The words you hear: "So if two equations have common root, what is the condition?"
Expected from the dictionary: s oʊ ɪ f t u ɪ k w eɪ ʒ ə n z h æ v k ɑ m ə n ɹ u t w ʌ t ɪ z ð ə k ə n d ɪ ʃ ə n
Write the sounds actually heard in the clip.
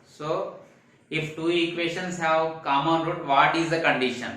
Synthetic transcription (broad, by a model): s oʊ ɪ f t u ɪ k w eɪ ʃ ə n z h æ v k ɑ m ə n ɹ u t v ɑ t ɪ z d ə k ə n d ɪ ʃ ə n